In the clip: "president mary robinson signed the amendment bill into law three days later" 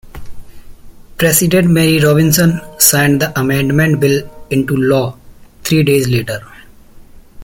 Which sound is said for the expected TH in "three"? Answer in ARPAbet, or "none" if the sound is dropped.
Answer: T